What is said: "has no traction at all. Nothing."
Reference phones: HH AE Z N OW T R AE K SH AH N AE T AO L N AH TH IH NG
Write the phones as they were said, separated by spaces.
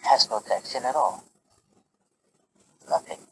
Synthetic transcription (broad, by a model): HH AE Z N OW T AE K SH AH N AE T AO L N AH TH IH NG